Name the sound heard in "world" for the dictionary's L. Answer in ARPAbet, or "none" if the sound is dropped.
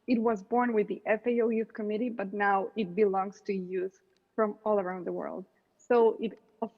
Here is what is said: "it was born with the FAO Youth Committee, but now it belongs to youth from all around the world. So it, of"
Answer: L